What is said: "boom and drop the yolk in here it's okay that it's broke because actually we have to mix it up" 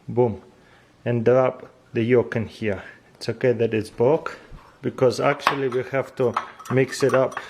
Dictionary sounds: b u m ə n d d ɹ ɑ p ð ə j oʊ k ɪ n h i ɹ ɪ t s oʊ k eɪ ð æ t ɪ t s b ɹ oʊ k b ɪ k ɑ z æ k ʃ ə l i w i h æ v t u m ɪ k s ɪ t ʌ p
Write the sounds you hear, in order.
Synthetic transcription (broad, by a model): b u m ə n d d ɹ ɑ p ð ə j oʊ k ɪ n h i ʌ ɪ t s oʊ k eɪ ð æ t ɪ t s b oʊ k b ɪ k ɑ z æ k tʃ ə l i w i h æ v t u m ɪ k s ɪ t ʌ p